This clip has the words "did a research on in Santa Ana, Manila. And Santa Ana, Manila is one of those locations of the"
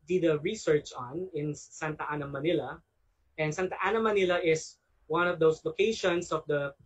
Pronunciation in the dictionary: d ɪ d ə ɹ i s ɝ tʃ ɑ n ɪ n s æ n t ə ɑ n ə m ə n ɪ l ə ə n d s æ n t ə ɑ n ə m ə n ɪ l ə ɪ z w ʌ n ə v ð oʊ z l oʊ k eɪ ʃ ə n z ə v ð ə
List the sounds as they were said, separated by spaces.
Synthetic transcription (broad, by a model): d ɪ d ə ɹ i s ɝ tʃ ɑ n ɪ n s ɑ n t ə ɑ n ə m ə n ɪ l ə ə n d s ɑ n t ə ɑ n ə m ə n ɪ l ə ɪ s w ʌ n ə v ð oʊ s l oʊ k eɪ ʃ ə n s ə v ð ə